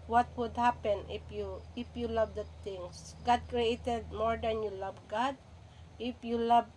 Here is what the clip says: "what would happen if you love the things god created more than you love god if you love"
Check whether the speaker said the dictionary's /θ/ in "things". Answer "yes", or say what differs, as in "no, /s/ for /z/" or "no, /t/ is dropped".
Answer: no, /t/ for /θ/